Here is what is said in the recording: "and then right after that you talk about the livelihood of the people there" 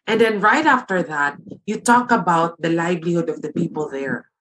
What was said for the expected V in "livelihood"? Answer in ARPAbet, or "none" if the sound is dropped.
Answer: B